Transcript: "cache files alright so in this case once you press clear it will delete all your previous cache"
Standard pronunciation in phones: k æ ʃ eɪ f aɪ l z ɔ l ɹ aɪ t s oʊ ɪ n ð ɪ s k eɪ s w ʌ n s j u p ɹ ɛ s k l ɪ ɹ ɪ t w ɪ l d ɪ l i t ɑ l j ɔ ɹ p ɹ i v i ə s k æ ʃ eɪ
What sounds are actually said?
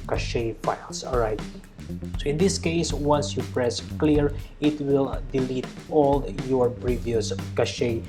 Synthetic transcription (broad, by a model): k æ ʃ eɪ f aɪ l s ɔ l ɹ aɪ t s oʊ ɪ n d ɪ s k eɪ s w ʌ n s j u p ɹ ɛ s k l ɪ ɹ ɪ t w ɪ l d ɪ l i t ɑ l j ɔ ɹ p ɹ i v i ə s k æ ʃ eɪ